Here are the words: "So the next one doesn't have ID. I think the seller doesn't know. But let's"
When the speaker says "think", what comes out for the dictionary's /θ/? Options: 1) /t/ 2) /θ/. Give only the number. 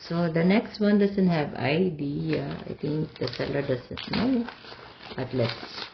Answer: 1